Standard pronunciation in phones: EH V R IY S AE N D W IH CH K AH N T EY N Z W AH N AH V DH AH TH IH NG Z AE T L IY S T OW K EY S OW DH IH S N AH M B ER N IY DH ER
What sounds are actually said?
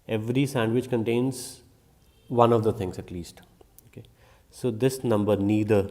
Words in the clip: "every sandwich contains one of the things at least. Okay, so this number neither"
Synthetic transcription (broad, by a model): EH V R IY S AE N D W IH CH K AH N T EY N Z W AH N AH V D AH T IH NG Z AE T L IY S T OW K EY S OW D IH S N AH M B ER N IY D ER